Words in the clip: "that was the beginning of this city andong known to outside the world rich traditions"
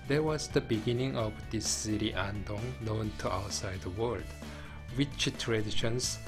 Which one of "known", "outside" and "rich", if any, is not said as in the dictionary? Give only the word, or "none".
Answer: rich